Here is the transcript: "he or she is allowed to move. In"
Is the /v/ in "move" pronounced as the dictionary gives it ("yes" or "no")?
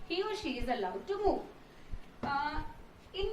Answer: no